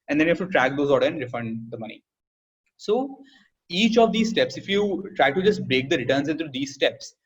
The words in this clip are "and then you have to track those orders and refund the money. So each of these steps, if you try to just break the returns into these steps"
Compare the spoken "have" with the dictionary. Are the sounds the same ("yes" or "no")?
no